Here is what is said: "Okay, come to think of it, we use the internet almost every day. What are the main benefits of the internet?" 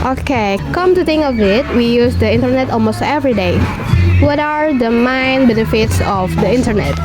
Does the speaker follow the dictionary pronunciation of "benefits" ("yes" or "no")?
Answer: yes